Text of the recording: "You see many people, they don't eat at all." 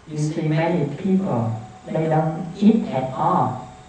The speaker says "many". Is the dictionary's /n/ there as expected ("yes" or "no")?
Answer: no